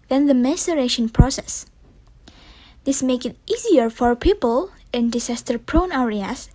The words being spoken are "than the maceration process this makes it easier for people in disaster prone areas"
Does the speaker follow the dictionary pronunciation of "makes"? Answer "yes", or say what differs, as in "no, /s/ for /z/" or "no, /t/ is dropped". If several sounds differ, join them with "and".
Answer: no, /s/ is dropped